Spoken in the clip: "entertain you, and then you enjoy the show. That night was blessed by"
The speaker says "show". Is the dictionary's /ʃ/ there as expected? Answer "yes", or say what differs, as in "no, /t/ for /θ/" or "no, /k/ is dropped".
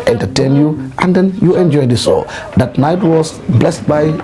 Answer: no, /s/ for /ʃ/